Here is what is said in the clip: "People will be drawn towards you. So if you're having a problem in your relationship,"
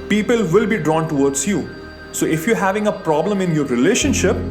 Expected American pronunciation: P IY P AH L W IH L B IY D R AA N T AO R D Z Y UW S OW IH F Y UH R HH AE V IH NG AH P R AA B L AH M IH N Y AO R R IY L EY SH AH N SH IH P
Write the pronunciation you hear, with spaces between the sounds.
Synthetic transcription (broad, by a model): P IY P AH L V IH L B IY D R AA N T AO R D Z Y UW S OW IH F Y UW R HH AE V IH NG AH P R AA B L AH M IH N Y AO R R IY L EY SH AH N SH IH P